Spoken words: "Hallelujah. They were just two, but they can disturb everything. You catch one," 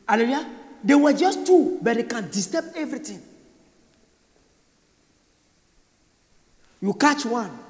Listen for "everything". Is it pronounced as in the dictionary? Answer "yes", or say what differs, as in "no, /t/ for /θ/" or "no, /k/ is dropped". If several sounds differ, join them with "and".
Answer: no, /t/ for /θ/